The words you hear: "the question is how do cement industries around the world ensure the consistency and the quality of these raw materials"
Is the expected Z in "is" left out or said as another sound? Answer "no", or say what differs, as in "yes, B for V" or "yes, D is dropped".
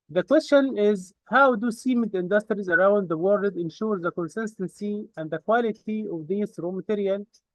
no